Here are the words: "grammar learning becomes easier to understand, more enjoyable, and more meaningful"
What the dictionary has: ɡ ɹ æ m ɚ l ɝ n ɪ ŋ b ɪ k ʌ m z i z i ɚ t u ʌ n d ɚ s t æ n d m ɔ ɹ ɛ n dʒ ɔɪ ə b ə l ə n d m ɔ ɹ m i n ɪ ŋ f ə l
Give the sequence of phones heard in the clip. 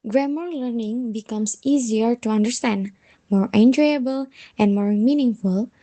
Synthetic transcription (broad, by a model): ɡ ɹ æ m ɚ l ɝ n ɪ ŋ b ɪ k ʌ m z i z i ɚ t u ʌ n d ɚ s t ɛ n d m ɔ ɹ ɛ n dʒ ɔɪ ə b ə l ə n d m ɔ ɹ m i n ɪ ŋ f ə l